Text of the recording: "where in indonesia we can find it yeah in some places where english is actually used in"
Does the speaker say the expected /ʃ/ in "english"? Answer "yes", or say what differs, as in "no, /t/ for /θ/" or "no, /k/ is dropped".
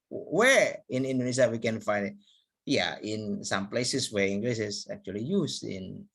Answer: no, /s/ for /ʃ/